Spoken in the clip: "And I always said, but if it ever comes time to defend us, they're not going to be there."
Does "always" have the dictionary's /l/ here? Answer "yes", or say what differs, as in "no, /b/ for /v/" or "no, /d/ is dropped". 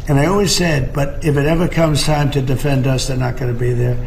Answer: yes